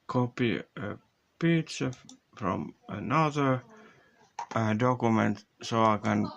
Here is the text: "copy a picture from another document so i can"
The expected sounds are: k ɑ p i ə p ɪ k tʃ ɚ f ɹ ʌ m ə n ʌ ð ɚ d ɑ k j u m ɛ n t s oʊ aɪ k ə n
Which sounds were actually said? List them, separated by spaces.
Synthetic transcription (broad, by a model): k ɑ p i ə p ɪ tʃ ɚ f ɹ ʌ m ə n ʌ ð ɚ d ɑ k j u m ɛ n t s oʊ aɪ k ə n